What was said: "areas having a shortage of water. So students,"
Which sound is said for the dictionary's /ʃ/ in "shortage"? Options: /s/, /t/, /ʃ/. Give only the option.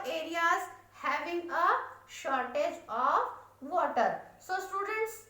/ʃ/